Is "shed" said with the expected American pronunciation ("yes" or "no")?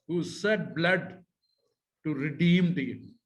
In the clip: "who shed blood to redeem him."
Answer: no